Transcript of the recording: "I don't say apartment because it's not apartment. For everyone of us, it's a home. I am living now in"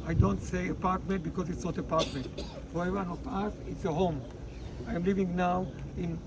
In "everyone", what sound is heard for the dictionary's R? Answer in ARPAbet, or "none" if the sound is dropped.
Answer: none